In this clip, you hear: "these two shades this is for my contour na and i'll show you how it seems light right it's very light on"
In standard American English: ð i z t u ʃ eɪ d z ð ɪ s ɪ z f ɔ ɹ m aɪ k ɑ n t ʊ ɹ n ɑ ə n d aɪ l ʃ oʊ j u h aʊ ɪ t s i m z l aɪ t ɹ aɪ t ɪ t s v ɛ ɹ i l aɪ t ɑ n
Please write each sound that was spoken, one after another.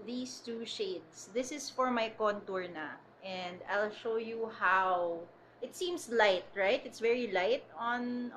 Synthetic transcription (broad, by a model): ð i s t u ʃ eɪ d s ð ɪ s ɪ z f ɔ ɹ m aɪ k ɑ n t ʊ ɹ n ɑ ə n d aɪ l ʃ oʊ j u h aʊ ɪ t s i m s l aɪ t ɹ aɪ t ɪ t s v ɛ ɹ i l aɪ t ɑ n